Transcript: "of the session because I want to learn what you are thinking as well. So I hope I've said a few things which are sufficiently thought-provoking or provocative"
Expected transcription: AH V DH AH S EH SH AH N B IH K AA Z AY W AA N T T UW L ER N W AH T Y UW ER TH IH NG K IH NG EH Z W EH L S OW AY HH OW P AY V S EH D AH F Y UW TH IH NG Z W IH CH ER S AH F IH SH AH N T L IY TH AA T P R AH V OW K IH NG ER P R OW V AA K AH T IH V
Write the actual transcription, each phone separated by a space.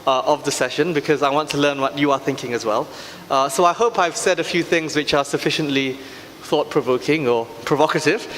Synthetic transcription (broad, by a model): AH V DH AH S EH SH AH N B IH K AA Z AY W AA N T T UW L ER N W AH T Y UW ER TH IH NG K IH NG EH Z W EH L S OW AY HH OW P AY V S EH D AH F Y UW TH IH NG Z W IH CH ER S AH F IH SH AH N T L IY TH AA T P R AH V OW K IH NG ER P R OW V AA K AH T IH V